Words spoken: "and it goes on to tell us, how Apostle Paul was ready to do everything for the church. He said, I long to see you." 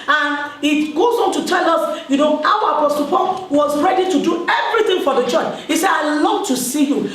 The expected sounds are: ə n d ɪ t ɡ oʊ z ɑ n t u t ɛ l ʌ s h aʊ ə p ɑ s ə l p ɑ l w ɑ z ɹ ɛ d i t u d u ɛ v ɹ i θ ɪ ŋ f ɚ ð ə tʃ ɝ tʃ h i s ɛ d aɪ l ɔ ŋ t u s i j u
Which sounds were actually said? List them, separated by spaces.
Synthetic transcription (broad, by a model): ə n ɪ t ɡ oʊ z ɑ n t u t ɛ l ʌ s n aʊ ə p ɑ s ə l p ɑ n w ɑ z ɹ ɛ d i t u d u ɛ v ɹ i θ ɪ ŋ f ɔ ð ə tʃ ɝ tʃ h i s ɛ d aɪ l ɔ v t u s i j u